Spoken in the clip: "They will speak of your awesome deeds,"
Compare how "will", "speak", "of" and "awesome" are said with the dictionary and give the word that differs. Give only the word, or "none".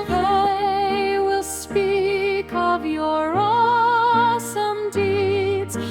none